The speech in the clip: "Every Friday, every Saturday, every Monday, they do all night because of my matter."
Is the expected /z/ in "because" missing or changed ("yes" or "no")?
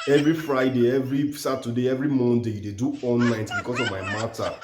yes